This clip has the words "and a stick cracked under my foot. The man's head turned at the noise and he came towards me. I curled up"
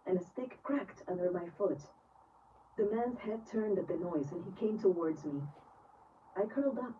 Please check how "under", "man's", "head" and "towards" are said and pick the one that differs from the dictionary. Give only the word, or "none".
none